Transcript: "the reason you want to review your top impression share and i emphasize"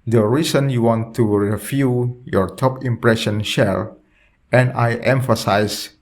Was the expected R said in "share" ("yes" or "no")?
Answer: no